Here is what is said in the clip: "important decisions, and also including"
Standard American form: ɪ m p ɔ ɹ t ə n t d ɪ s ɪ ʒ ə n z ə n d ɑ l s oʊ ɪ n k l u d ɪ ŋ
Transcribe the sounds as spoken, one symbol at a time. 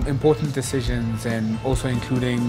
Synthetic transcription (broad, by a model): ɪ m p ɔ ɹ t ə n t d ɪ s ɪ ʒ ə n z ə n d ɑ l s oʊ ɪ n k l u d ɪ ŋ